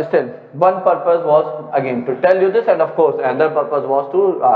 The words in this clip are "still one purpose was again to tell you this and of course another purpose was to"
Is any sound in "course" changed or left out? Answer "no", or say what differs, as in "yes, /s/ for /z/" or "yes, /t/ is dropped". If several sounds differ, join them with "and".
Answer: no